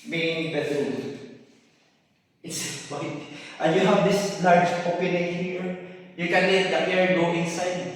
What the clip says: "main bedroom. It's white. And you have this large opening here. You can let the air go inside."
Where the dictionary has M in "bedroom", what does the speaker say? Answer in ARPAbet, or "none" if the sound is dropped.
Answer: none